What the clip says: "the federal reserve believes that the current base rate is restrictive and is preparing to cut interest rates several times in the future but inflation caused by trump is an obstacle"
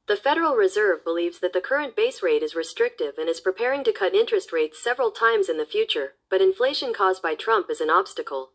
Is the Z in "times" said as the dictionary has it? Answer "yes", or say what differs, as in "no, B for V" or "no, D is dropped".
yes